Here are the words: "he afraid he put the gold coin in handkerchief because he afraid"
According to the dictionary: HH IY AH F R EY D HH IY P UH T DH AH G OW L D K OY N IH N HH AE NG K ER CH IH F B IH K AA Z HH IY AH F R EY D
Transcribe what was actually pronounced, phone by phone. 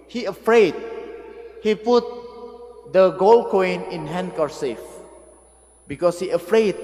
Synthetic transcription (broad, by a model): HH IY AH F R EY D HH IY P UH T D AH G OW L K OY N IH N HH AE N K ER S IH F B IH K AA S HH IY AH F R EY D